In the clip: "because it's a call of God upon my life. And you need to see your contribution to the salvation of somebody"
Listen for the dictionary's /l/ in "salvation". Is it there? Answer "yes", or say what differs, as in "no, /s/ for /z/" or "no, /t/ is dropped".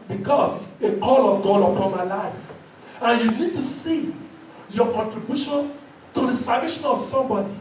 no, /l/ is dropped